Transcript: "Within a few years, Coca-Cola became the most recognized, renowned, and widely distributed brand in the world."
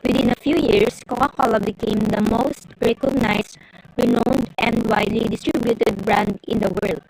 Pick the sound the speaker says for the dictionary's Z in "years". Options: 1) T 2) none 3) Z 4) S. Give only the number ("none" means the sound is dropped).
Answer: 4